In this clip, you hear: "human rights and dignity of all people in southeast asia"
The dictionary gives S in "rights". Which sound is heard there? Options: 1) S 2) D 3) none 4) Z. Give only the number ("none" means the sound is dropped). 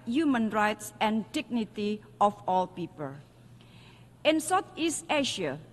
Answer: 1